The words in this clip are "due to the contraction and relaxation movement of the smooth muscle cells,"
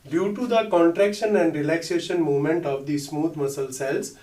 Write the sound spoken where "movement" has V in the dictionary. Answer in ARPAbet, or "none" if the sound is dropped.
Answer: none